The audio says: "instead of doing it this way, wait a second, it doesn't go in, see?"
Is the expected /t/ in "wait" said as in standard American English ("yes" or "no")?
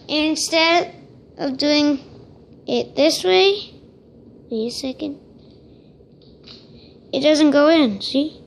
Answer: no